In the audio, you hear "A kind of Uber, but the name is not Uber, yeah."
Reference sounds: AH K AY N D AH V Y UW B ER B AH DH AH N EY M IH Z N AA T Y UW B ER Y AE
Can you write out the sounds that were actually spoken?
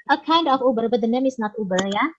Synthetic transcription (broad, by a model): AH K AY N D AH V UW B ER B AH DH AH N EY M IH S N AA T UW B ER Y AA